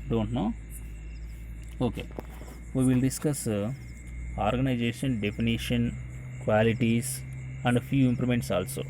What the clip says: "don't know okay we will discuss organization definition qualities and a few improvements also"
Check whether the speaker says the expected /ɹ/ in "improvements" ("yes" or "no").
no